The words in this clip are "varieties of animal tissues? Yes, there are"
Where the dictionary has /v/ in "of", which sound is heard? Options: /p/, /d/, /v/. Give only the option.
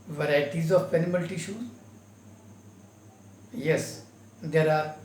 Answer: /p/